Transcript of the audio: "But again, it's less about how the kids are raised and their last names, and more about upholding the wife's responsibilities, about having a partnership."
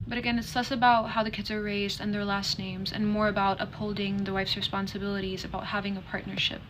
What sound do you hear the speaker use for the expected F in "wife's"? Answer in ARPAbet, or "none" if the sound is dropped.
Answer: F